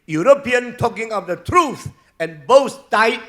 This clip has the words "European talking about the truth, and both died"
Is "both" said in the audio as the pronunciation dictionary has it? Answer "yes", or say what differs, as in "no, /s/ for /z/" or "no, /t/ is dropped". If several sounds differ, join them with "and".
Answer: no, /s/ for /θ/